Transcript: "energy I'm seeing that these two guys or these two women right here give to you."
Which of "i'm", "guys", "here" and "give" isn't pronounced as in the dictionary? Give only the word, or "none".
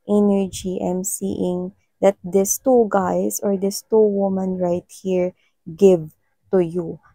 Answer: guys